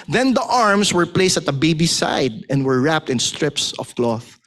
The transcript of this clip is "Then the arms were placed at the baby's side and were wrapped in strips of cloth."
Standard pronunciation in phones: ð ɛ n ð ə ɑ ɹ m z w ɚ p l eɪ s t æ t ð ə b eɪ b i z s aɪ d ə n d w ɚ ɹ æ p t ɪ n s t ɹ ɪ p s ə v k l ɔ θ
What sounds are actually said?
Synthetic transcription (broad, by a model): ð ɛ n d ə ɑ ɹ m s w ɚ p l eɪ s t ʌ t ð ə b eɪ b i s aɪ d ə n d w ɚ ɹ æ p t ɪ n s t ɹ ɪ p s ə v k l ɔ θ